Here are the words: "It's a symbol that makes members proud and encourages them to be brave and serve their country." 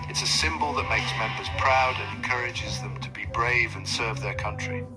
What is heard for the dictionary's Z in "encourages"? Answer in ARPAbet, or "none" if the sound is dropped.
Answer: Z